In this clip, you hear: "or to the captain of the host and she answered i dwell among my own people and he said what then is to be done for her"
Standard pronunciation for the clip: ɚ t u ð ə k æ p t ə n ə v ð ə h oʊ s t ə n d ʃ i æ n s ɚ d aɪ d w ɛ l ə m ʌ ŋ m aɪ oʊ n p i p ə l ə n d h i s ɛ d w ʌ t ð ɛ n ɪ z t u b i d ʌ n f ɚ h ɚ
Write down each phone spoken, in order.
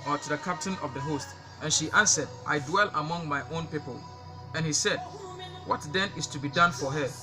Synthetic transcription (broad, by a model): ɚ t u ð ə k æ p t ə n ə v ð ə h oʊ s t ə n ʃ i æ n s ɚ d aɪ d w ɛ l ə m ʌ ŋ m aɪ oʊ n p i p ə l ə n h i s ɛ d w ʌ t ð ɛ n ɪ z t u b i d ʌ n f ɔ h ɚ